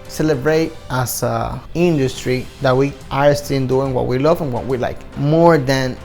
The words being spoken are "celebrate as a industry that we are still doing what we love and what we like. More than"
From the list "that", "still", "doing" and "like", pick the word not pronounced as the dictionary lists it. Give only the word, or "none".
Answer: still